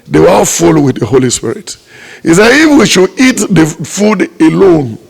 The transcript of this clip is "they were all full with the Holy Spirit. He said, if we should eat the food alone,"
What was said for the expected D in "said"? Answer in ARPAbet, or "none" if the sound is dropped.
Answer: none